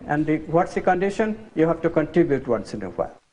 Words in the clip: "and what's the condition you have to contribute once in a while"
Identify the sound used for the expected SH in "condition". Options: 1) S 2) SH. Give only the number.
2